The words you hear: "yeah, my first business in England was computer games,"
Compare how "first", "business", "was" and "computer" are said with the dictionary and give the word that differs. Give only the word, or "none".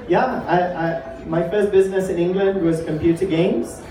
none